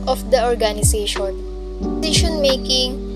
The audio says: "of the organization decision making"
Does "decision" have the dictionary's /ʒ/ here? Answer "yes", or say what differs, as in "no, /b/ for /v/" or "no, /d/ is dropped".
no, /ʃ/ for /ʒ/